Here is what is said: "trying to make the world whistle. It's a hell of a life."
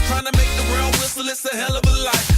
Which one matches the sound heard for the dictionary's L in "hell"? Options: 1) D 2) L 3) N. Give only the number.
2